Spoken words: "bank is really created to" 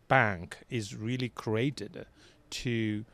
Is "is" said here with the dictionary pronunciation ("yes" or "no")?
yes